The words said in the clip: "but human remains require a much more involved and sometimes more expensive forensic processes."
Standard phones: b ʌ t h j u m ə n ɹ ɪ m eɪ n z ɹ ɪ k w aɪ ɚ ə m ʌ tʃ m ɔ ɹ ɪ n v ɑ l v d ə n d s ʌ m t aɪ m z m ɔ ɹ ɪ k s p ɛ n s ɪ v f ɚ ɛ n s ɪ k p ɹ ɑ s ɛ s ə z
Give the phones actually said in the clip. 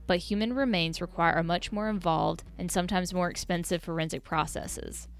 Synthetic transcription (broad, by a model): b ʌ t h j u m ə n ɹ ɪ m eɪ n z ɹ ɪ k w aɪ ɚ ə m ʌ tʃ m ɔ ɹ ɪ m v ɑ l v d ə n s ʌ m t aɪ m z m ɔ ɹ ɪ k s p ɛ n s ɪ v f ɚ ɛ n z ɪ k p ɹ ɑ s ɛ s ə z